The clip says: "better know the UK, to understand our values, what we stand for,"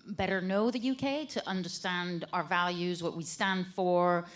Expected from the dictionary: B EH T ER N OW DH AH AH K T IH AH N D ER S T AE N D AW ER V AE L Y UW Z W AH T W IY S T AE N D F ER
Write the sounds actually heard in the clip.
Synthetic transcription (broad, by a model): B EH T ER N OW DH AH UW K T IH AH N D ER S T AE N D AW ER V AE L Y UW Z W AH T W IY S T AE N D F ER